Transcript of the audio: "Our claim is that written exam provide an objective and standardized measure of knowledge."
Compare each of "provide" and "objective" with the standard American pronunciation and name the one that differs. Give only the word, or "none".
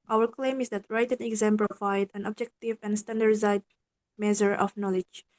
provide